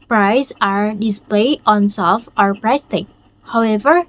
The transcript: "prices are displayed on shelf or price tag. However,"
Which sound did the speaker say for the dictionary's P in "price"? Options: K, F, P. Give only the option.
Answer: P